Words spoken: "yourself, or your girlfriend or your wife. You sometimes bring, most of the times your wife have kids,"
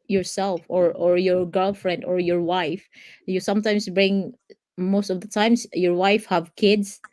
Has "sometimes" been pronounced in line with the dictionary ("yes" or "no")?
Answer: no